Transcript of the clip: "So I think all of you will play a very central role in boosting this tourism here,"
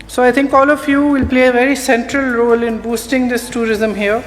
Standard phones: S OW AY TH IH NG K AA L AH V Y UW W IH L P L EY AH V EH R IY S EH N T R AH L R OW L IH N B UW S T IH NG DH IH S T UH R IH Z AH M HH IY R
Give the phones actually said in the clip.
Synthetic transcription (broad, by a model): S OW AY T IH NG K AA L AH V Y UW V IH L P L EY AH V EH R IY S EH N T R AH L R OW L IH N B UW S T IH NG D IH S T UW R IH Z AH M HH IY R